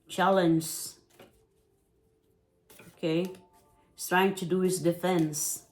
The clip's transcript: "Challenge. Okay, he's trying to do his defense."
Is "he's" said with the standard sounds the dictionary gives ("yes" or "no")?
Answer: no